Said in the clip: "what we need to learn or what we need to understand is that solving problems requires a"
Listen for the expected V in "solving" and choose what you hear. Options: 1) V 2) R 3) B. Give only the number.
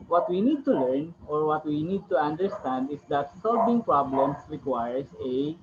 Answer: 3